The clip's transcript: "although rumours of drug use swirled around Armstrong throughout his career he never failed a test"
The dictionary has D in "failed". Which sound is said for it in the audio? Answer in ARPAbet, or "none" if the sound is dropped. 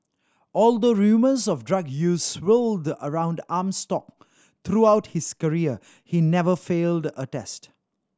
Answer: D